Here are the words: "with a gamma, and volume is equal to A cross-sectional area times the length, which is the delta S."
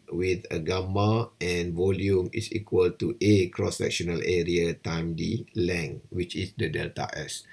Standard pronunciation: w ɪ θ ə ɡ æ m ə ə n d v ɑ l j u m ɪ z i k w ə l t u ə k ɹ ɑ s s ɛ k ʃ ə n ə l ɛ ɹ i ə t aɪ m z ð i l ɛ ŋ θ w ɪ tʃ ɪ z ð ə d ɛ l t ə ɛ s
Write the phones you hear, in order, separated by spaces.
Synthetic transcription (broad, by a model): w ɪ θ ə ɡ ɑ m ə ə n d v ɑ l j u m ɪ s i k w ə l t u ə k ɹ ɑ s s ɛ k ʃ ə n ə l ɛ ɹ i ə t aɪ m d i l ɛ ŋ w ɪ tʃ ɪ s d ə d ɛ l t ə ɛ s